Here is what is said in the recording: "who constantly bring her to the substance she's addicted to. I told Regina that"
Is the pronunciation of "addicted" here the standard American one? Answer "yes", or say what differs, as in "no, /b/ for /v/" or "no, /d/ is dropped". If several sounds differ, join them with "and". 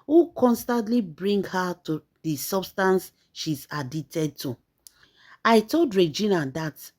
no, /k/ is dropped